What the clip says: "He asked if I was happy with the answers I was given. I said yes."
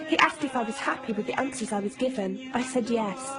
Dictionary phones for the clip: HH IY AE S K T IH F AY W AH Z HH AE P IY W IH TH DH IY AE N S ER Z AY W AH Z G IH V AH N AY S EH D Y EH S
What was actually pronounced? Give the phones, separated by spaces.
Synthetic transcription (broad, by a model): HH IY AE S K T IH F AY W AH Z HH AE P IY W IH DH IY AE N S ER Z AY W AH Z G IH V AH N AY S EH D Y EH S